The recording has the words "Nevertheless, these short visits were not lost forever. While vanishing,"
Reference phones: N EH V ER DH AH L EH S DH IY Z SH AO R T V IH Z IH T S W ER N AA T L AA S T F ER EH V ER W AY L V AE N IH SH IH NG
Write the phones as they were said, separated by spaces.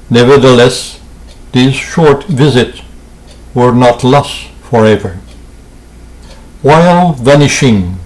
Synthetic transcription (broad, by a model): N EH V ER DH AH L EH S DH IY Z SH AO R T V IH Z IH T S W ER N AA T L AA S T F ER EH V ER W AY L V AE N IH SH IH NG